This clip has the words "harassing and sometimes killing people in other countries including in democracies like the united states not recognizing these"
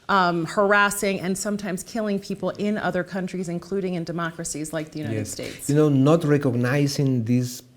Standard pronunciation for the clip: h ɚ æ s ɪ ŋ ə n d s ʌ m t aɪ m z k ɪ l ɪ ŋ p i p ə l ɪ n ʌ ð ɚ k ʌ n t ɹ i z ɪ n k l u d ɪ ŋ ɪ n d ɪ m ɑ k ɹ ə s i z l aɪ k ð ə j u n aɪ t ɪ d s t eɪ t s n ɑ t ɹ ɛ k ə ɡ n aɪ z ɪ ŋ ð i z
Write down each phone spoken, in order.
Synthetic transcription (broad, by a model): h ɚ æ s ɪ ŋ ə n s ʌ m t aɪ m z k ɪ l ɪ ŋ p i p l ɪ n ʌ ð ɚ k ʌ n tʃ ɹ i z ɪ n k l u d ɪ ŋ ɪ n d ɪ m ɑ k ɹ ə s i z l aɪ k ð ə j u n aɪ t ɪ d s t eɪ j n n ɑ t ɹ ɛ k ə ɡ n aɪ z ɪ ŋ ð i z